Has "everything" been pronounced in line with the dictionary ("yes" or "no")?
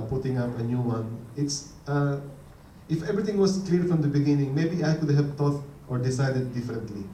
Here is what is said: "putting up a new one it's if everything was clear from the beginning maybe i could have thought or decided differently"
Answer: no